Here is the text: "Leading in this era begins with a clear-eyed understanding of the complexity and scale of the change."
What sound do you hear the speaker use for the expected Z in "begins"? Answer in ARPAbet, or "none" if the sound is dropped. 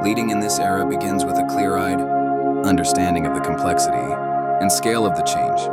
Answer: Z